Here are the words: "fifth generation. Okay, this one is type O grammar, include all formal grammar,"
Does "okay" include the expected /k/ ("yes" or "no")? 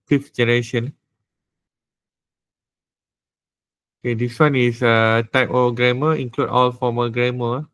yes